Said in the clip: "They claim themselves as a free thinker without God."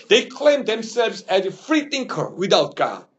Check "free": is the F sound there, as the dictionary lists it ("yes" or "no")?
yes